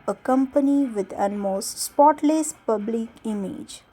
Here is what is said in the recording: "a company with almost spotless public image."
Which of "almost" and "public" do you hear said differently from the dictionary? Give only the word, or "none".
almost